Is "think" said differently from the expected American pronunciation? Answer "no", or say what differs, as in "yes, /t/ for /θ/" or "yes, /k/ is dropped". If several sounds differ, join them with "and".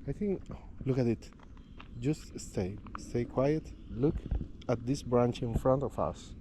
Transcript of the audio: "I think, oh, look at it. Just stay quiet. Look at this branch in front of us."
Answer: no